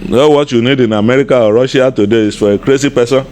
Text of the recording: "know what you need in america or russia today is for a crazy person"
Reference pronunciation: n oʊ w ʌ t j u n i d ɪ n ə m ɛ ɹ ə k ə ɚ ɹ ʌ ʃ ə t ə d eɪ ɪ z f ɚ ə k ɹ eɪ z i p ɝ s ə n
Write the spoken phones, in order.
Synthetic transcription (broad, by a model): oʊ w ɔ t j u n i d ɪ n ə m ɛ ɹ ə k ə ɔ ɹ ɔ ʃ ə t ə d eɪ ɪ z f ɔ ə k ɹ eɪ s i p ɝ s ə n